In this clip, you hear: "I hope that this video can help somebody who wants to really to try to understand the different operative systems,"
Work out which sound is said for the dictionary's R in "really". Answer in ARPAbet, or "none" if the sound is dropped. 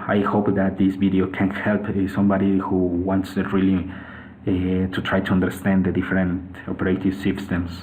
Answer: L